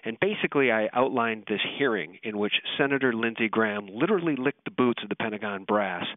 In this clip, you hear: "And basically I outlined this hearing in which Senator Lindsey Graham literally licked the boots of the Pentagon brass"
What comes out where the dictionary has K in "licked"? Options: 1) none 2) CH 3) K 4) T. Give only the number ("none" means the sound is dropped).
3